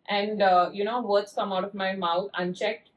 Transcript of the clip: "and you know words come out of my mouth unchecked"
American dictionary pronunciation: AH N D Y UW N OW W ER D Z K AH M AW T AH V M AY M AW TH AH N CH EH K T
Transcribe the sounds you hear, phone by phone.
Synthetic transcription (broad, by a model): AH N D Y UW N OW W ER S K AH M AW T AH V M AY M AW T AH N CH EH K T